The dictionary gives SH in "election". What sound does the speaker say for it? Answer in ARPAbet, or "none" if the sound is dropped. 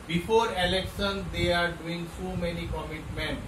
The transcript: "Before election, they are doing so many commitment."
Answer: S